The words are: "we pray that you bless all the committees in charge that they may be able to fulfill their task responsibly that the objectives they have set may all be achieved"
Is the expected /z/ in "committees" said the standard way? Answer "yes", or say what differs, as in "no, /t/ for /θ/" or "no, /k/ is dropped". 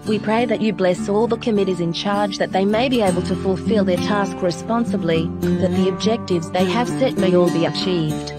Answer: yes